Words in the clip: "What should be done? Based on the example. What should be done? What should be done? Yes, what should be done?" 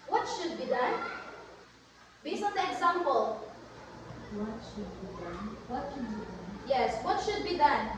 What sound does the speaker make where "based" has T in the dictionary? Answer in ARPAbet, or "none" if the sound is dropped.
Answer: none